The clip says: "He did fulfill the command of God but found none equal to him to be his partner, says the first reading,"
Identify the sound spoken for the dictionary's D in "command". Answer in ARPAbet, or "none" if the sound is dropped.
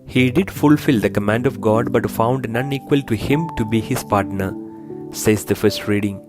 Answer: D